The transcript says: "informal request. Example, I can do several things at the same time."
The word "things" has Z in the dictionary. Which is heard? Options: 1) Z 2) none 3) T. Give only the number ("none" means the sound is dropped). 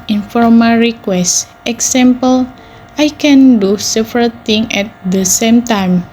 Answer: 2